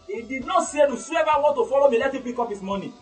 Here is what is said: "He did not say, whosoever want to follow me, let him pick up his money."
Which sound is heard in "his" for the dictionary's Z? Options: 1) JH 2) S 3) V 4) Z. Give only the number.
2